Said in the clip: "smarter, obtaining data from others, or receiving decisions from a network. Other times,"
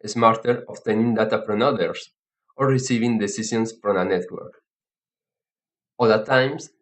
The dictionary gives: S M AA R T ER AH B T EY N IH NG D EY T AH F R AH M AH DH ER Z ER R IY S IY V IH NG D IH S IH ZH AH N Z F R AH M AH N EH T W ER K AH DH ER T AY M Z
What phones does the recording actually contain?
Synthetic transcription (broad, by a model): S M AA R T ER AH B T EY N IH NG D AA T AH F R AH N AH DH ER S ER R IY S IY V IH NG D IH S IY S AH N S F R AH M AH N EH T W ER K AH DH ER T AY M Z